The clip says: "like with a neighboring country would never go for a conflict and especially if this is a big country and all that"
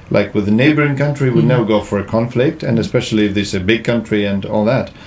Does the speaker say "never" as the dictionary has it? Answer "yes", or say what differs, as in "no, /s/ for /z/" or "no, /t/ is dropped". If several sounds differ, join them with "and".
no, /v/ is dropped